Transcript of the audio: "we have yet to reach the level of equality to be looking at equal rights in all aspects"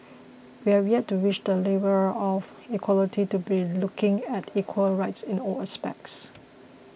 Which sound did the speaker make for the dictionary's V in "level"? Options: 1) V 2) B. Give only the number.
2